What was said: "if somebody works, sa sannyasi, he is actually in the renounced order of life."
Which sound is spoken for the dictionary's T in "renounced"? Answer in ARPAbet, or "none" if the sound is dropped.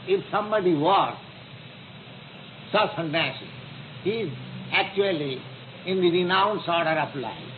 none